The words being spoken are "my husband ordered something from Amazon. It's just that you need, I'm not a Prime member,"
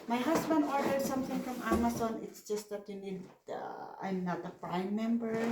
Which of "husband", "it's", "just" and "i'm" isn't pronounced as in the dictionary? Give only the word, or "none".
husband